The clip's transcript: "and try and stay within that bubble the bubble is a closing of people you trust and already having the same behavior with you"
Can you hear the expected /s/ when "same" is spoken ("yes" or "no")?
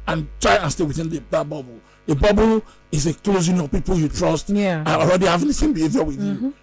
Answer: no